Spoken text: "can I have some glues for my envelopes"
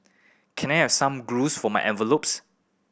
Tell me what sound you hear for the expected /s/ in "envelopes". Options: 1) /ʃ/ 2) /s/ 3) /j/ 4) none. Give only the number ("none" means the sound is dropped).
2